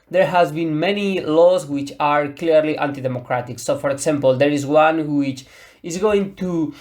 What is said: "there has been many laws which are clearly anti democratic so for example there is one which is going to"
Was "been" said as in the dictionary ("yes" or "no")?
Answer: yes